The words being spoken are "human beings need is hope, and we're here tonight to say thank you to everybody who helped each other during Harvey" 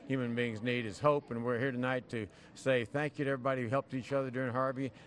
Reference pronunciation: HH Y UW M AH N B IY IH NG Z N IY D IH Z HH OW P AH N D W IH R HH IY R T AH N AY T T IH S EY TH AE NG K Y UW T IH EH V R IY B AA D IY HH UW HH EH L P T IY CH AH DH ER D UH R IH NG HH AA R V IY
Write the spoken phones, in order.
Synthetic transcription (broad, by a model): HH Y UW M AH N B IY IH NG Z N IY D IH Z HH OW P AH N W IH R HH IY R T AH N AY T T IH S EY TH AE NG K Y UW T IH EH V R IY B AA D IY HH UW HH EH L P T IY CH AH DH ER D UH R IH NG HH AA R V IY